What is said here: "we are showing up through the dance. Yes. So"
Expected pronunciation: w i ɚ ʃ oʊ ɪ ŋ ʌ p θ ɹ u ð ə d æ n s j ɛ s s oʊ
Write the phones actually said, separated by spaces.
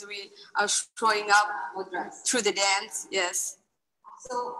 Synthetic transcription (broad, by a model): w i ɚ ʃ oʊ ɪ ŋ ʌ p θ ɹ u ð ə d æ n s j ɛ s s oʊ